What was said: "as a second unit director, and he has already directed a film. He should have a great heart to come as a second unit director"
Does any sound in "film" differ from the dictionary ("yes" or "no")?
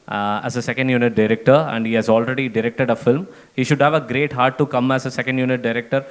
no